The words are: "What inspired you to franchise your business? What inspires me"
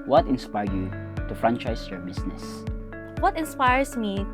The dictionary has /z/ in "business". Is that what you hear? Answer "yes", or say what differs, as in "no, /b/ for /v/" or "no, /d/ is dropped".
no, /s/ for /z/